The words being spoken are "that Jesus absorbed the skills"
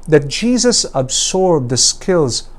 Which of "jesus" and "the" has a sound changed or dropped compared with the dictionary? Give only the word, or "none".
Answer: none